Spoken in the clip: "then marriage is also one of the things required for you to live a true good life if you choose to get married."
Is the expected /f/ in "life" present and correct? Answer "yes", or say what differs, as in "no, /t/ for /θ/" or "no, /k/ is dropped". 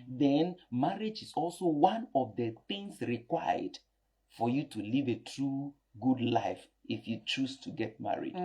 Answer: yes